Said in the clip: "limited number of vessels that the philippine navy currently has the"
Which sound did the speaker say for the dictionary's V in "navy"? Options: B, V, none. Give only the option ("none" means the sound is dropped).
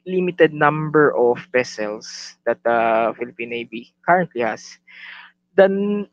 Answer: B